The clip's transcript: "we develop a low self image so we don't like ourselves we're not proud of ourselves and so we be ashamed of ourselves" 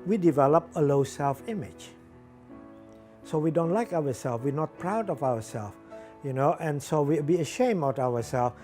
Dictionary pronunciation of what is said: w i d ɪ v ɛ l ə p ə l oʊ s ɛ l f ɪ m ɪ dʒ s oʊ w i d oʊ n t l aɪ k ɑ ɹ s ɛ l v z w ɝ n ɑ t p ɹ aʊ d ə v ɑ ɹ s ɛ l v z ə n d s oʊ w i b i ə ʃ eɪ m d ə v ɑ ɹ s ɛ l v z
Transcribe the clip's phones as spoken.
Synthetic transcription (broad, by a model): w i d ɪ v ɛ l ə p ə l oʊ s ɛ l f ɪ m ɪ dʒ s oʊ w i d oʊ n t l aɪ k ɑ w s ɛ l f w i n ɑ t p ɹ aʊ d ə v ɑ w s ɛ l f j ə n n s oʊ w i b i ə ʃ eɪ m ə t ɑ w s ɛ l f